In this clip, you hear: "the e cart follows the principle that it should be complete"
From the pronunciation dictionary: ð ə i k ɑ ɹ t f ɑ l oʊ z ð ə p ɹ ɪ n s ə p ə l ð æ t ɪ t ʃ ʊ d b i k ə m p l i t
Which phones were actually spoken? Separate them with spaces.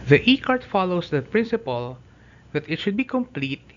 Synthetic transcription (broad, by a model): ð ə i k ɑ ɹ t f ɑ l oʊ s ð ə p ɹ ɪ n s ə p ə l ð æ t ɪ t ʃ ʊ d b i k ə m p l i t